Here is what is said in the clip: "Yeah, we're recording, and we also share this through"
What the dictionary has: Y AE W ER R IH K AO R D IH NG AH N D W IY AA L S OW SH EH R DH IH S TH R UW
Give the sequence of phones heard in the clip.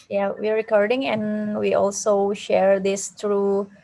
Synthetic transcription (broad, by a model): Y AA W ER R IH K AO R D IH NG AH N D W IY AA L S OW SH EH R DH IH S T R UW